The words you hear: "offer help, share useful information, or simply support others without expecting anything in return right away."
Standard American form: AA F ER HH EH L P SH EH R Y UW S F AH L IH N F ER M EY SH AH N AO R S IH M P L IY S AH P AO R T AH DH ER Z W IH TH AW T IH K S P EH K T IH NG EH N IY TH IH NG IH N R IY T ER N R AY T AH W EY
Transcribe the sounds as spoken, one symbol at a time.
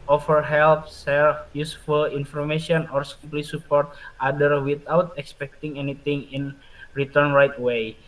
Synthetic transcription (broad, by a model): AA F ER HH EH L P S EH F Y UW S F AH L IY N F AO M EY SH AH N AO R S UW P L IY S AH P AO R T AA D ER W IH T AW T IH K S P EH K T IH NG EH N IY T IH NG IH N R IY T ER N R AY T W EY